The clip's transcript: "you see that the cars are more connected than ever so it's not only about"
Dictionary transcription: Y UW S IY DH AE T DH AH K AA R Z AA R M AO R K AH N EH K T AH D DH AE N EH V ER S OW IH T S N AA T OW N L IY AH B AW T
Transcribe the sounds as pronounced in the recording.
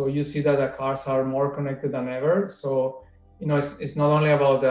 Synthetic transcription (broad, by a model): Y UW S IY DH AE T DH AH K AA R S AA R M AO R K AH N EH K T AH D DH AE N EH V ER S OW IH T S N AA T OW N L IY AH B AW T